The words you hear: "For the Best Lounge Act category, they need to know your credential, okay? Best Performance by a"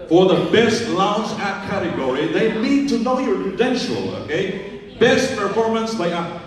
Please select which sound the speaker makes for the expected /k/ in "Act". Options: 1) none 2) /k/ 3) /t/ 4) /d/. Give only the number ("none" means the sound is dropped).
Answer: 1